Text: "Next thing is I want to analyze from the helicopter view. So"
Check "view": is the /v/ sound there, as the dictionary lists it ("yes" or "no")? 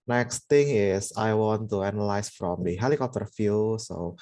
no